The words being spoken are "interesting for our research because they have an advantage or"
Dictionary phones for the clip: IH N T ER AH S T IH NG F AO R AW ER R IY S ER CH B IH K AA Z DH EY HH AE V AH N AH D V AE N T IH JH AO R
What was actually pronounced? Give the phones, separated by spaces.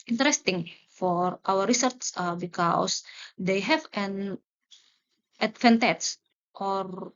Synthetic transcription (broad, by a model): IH N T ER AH S T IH NG F AO R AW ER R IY S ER S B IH K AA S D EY HH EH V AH N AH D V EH N T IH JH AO R